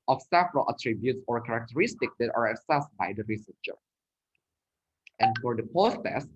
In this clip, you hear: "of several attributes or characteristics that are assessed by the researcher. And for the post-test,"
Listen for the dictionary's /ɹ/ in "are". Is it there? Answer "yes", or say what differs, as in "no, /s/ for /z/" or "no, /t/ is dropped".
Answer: yes